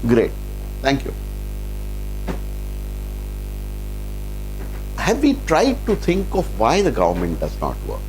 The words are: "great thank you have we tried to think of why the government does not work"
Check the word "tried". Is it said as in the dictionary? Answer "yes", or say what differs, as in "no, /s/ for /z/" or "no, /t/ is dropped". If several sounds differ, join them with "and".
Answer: yes